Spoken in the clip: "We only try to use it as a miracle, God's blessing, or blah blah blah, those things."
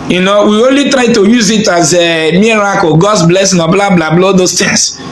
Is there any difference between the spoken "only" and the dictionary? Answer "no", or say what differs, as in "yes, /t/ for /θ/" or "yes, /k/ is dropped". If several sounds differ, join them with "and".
no